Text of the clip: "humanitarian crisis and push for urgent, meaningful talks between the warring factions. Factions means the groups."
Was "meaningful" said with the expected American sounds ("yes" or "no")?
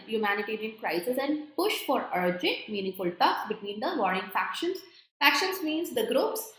no